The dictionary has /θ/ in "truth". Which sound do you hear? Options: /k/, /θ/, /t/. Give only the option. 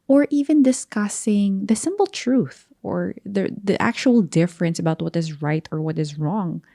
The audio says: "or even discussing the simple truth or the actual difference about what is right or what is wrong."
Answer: /θ/